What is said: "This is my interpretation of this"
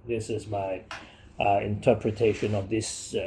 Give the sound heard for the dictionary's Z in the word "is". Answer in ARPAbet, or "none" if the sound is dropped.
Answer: Z